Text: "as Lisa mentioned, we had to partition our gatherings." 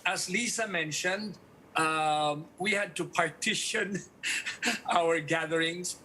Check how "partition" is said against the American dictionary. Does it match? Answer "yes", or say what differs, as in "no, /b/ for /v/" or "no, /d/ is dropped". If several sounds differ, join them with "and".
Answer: yes